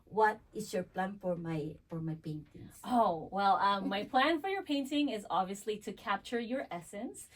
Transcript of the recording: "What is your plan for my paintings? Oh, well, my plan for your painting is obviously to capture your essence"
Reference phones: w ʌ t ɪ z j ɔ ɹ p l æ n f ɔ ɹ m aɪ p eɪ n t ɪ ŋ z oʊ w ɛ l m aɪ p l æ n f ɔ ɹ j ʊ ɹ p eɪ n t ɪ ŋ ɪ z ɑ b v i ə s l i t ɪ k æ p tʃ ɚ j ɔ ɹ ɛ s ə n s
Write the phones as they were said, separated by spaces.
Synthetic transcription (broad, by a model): w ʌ t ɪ s j ɔ ɹ p l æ n f ɔ ɹ m aɪ f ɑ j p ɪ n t oʊ w ɛ l m aɪ p l æ n f ɔ ɹ j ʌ ɹ p eɪ n t ɪ ŋ ɪ z ɑ b v i ə s l i t ɪ k æ p tʃ ɚ j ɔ ɹ ɛ s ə n s